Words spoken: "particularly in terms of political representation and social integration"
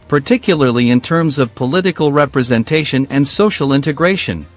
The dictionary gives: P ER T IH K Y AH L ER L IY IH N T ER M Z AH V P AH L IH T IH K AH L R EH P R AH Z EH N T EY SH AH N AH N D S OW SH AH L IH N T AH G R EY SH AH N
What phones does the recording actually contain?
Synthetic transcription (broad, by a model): P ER T IH K Y L ER L IY IH N T ER M Z AH V P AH L IH T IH K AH L R EH P R AH Z EH N T EY SH AH N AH N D S OW SH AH L IH N T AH G R EY SH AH N